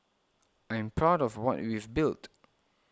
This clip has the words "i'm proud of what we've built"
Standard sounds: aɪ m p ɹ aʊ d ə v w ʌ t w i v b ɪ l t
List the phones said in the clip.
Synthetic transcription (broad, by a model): aɪ m p ɹ aʊ d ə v w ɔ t w i v b ɪ l t